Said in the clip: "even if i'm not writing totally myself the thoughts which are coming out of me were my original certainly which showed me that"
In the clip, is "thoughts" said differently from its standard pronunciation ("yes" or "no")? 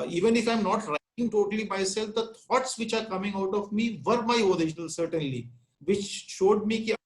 yes